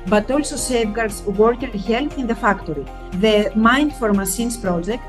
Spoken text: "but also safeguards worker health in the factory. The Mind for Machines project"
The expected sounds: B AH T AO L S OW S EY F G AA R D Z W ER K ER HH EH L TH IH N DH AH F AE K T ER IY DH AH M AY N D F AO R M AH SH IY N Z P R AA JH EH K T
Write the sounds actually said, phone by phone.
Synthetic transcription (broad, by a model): B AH T AO L S OW S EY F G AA R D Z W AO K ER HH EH L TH IH N DH AH F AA K T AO IY DH AH M AY N D F AO R M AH S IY N S P R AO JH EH K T